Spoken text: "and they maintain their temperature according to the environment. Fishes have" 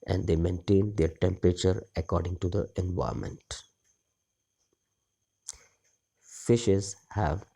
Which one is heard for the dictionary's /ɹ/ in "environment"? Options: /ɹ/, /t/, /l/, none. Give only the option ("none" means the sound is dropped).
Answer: none